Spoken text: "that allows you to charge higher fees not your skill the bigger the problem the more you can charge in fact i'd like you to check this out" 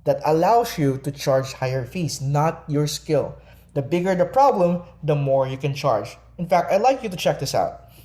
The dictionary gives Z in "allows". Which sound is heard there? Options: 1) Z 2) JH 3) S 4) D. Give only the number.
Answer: 3